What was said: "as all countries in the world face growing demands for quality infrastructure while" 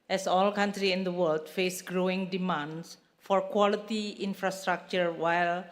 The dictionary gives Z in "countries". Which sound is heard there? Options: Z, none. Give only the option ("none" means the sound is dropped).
none